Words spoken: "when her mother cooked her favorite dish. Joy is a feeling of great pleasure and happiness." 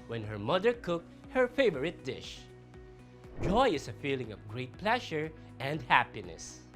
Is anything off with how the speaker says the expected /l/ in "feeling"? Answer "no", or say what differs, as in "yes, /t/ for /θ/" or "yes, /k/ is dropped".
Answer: no